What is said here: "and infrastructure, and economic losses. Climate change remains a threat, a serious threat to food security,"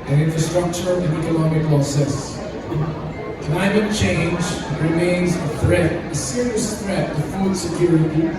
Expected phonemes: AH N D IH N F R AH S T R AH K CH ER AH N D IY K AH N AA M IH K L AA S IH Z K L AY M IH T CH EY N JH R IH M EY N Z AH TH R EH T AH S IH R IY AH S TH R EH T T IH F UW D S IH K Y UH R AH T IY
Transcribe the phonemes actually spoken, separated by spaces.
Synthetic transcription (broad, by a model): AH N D IH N F R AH S T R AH K CH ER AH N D IY K AH N AA M IH K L S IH S K L AY M IH T CH EY N JH R IH M EY N Z AH TH R EH T AH S IH R IY AH S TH R EH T T IH F UW D S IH K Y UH R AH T IY